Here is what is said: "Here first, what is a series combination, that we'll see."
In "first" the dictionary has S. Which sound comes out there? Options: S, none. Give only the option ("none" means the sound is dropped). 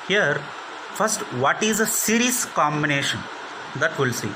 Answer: S